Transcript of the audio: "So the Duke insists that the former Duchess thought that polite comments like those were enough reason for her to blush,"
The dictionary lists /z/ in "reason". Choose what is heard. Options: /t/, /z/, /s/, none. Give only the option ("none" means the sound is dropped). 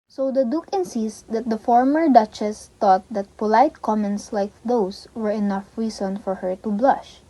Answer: /s/